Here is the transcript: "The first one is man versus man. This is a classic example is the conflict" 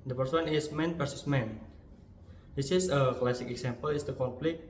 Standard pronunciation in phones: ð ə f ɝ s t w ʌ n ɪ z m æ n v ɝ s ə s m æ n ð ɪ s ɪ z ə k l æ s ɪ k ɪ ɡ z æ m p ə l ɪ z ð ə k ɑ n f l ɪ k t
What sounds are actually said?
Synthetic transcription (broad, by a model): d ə p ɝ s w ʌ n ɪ s m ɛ n p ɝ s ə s m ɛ n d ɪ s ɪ s ə k l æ s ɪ k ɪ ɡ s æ m p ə l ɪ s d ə k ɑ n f l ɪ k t